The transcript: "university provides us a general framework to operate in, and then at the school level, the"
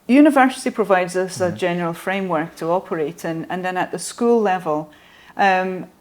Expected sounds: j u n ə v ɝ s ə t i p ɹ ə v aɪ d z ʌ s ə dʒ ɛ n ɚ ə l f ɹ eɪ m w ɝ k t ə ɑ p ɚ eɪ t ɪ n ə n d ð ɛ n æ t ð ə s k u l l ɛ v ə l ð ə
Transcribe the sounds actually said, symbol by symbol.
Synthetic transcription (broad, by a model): j u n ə v ɝ s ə t i p ɹ ə v aɪ d z ʌ s ə dʒ ɛ n ɚ ə l f ɹ eɪ m w ɝ k t ə ɑ p ɚ eɪ t ɪ n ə n ð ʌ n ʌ t ð ə s k u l l ɛ v ə l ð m